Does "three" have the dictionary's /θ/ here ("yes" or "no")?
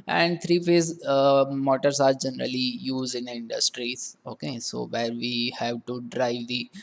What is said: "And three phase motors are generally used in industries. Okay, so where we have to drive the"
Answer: no